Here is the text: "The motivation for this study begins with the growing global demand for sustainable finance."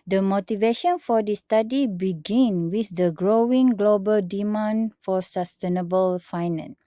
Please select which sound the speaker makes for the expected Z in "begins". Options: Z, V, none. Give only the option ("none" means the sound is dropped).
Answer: none